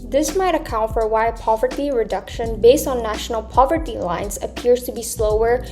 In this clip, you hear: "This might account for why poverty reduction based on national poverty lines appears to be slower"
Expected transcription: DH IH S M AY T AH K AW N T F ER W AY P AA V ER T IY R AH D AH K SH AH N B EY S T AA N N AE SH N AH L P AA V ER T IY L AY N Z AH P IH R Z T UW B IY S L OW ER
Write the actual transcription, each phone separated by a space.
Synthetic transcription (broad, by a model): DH IH S M AY T AH K AW N T F ER W AY P AA V ER T IY R AH D AH K SH AH N B EY S T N N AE SH N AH L P AA V ER T IY L AY N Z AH P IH R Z T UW B IY S L OW ER